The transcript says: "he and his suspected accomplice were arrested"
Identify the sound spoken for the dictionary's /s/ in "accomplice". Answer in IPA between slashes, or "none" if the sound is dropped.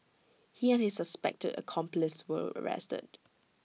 /s/